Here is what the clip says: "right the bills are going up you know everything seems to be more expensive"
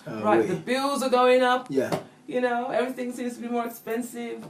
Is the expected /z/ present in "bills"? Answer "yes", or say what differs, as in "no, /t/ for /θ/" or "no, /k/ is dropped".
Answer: yes